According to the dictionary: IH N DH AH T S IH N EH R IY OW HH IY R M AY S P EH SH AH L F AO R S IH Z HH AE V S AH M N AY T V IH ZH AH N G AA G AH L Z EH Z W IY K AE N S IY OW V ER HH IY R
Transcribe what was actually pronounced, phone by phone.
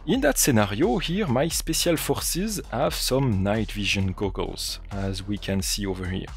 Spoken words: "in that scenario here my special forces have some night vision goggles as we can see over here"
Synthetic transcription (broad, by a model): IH N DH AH T S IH N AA R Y OW HH IY R M AY S P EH S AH L F AO R S IH Z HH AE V S AH M N AY T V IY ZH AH N G AA G AH L Z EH Z W IY K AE N S IY OW V ER HH IY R